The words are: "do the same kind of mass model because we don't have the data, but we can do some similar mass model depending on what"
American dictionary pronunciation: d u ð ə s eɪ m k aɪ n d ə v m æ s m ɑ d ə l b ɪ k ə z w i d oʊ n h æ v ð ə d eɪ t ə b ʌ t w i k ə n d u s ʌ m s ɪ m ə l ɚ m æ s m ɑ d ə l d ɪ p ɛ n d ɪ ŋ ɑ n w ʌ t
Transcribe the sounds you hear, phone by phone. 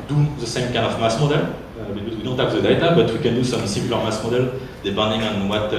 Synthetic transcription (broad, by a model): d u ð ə s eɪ m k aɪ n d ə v m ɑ s m ɑ d ə l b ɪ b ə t w i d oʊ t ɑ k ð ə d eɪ t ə b ʌ t w i k ə n d u s ʌ m s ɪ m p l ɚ m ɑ s m ɑ d ə l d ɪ b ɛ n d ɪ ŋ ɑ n w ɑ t